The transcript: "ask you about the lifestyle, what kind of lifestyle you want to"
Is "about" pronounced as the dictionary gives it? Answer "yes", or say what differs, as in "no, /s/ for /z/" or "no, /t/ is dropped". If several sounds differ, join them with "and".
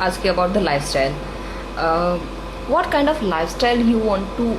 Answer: yes